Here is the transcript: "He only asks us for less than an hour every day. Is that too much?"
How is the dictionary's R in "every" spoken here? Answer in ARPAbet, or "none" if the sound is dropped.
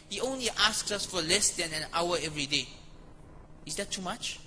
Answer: R